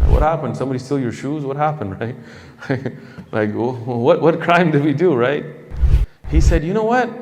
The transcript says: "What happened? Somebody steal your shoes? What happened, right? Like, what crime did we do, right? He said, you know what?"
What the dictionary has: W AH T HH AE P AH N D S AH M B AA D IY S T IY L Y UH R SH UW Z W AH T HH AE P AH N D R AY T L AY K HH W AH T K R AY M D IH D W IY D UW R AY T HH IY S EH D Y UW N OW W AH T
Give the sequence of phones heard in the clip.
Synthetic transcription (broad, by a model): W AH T HH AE P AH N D S AH M B AA D IY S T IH L Y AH R SH UW Z W AH T HH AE P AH N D R AY T L AY K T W AH T K R AY M D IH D W IY D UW R AY T HH IY S EH D Y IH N OW W AH T